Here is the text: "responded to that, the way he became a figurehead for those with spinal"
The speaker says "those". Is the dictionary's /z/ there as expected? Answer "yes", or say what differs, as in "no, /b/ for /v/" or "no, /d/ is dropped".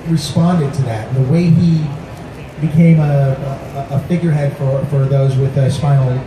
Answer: yes